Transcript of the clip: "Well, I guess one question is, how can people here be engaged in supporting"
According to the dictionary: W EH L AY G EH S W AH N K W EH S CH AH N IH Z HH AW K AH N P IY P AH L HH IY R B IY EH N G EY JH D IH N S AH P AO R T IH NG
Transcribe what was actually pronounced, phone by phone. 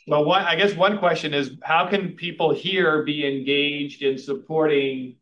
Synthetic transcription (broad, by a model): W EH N AY G EH S W AH N K W EH S CH AH N IH Z HH AW K AH N P IY P L HH IY R B IY EH N G EY JH D IH N S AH P AO R T IH NG